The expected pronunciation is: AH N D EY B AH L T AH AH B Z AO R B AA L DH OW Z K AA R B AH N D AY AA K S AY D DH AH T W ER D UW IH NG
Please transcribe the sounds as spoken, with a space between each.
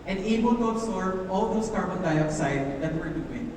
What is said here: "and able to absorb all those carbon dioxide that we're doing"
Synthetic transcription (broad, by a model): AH N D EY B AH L T AH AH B S AO R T AA L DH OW S K AA R B AH N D AY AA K S AY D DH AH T W ER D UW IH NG